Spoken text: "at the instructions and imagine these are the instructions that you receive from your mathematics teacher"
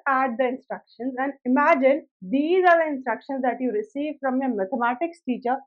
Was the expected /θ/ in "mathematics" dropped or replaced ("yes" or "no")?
yes